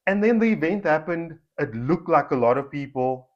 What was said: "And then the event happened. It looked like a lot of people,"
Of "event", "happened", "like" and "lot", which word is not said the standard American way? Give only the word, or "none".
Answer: none